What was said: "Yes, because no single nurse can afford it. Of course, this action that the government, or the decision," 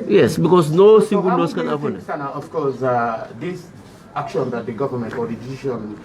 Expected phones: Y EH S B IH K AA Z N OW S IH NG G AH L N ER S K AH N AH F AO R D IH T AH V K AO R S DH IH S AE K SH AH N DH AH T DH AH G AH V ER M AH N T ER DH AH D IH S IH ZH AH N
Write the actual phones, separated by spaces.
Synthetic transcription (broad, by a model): Y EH S B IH K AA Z N OW S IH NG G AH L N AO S K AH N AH P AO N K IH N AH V K AO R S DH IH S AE K SH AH N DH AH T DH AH G AH V ER M AH N T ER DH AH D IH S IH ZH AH N